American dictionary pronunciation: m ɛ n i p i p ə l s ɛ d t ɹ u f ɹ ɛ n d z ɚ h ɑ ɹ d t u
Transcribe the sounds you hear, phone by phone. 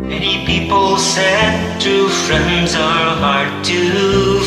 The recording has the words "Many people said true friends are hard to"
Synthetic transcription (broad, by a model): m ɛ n i p i p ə l s ɛ d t u f ɹ ɛ n d z ɚ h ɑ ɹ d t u